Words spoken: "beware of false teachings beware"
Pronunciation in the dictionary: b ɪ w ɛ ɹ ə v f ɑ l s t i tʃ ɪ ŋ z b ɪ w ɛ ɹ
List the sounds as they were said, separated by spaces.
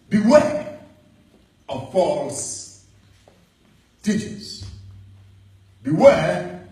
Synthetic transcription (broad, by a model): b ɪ w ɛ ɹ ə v f ɑ l s t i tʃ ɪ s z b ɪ w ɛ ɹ